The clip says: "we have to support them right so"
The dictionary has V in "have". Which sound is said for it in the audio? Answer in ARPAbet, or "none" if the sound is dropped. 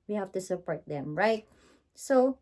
F